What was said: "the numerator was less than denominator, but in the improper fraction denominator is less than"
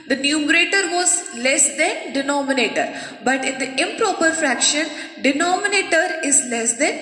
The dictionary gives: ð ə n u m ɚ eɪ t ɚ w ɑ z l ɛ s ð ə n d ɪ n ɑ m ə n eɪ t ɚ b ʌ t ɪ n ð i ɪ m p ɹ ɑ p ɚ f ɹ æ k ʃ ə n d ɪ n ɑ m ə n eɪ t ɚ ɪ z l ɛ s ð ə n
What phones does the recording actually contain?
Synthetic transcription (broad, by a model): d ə n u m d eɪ t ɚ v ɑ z l ɛ s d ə n d ɪ n ɑ m ə n eɪ t ɚ b ʌ t ɪ n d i ɪ m p ɹ ɑ p ɚ f ɹ æ k ʃ ə n d ɪ n ɑ m ə n eɪ t ɚ ɪ z l ɛ s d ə n